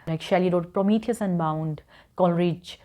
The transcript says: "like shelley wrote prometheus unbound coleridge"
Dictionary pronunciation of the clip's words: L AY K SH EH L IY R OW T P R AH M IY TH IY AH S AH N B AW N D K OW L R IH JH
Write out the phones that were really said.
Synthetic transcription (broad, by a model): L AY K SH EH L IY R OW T P R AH M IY T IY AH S AH N B AW N D K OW L R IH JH